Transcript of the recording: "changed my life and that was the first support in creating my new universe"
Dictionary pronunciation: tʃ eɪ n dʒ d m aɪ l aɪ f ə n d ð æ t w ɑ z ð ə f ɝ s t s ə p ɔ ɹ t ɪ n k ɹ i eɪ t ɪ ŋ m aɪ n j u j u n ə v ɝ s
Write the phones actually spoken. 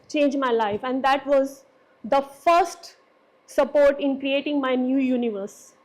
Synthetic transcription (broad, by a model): tʃ eɪ n dʒ m aɪ l aɪ f ə n d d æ t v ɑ z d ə f ɝ s t s ə p ɔ ɹ t ɪ n k ɹ i eɪ t ɪ ŋ m aɪ n j u j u n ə v ɝ s